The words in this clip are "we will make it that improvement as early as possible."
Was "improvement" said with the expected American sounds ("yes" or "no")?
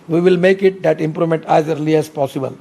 no